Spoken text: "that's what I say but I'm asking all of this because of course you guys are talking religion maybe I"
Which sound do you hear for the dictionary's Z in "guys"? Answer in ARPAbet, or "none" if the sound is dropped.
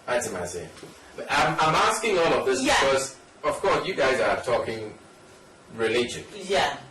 Z